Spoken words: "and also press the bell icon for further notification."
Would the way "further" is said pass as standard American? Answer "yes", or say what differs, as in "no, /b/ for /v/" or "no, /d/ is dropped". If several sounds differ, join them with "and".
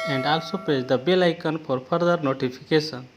no, /p/ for /f/